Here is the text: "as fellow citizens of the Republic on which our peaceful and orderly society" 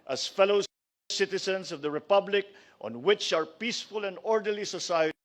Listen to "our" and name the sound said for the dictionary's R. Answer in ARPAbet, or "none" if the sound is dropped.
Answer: R